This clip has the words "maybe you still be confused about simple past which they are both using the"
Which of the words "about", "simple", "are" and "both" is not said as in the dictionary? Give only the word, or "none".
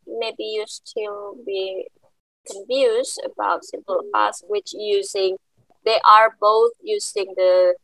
none